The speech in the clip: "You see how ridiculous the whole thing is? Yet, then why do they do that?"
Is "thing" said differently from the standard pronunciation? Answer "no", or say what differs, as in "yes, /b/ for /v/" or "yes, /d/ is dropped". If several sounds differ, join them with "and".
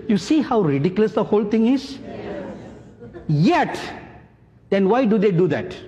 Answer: yes, /t/ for /θ/